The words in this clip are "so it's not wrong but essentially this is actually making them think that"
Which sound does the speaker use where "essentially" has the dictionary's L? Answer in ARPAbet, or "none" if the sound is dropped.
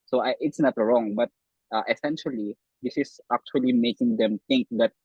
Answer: L